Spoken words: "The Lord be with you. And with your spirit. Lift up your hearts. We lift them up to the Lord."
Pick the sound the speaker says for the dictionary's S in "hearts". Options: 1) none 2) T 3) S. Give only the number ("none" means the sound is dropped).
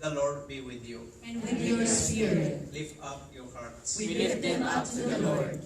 1